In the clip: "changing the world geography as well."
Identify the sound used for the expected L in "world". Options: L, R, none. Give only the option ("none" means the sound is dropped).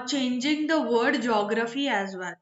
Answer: none